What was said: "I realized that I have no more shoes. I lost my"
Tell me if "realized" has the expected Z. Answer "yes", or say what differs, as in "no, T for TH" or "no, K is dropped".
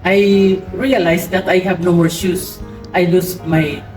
no, S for Z